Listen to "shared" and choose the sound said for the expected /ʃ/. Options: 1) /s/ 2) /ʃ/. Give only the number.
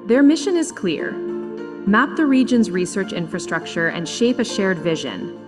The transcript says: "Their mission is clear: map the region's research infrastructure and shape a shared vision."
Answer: 2